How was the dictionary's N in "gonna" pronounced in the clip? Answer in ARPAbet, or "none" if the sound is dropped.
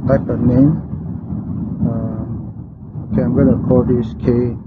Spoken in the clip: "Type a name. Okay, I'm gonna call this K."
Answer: L